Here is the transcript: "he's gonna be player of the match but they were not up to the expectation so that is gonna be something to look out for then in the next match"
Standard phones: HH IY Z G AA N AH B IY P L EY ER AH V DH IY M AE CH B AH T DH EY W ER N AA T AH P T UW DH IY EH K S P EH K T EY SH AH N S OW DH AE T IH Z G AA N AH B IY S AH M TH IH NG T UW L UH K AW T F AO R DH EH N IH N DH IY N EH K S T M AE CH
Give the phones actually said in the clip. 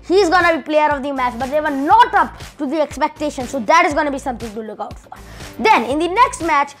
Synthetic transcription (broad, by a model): HH IY Z G AA N AH B IY P L EY ER AH V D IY M AE CH B AH T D EY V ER N AA T AH P T UW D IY EH K S P EH K T EY SH AH N S OW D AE T IH Z G AA N AH B IY S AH M T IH NG T UW L UH K AW T F AO R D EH N IH N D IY N EH K S T M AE CH